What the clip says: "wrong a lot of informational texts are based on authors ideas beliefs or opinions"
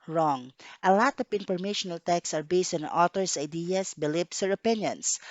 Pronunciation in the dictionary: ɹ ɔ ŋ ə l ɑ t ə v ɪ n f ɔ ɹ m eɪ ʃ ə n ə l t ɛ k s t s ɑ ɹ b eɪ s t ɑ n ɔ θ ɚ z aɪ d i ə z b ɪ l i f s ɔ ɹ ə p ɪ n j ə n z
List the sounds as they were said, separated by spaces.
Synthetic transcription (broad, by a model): ɹ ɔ ŋ ə l ɑ t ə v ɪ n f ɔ ɹ m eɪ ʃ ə n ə l t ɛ k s s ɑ ɹ b eɪ s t ɑ n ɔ t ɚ s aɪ d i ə s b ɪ l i p s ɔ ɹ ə p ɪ n j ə n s